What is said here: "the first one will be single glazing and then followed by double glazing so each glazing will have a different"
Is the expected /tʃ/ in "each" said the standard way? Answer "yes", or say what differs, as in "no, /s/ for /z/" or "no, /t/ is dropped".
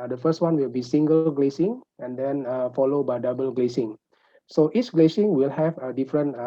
no, /s/ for /tʃ/